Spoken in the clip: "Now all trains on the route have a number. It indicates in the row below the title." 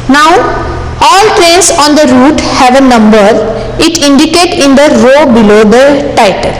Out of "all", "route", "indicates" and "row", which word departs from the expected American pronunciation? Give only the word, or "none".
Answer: indicates